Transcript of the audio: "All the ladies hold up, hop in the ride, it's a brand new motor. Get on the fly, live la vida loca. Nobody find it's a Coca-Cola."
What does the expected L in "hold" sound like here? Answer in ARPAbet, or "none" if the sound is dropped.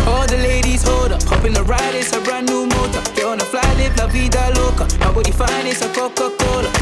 none